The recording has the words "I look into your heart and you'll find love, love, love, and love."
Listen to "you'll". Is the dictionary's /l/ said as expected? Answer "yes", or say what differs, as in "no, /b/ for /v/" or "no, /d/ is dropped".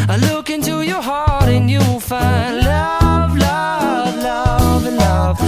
no, /w/ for /l/